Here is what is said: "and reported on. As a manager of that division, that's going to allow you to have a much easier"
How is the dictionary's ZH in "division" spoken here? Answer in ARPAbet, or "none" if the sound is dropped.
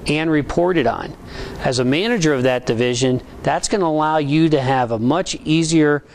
ZH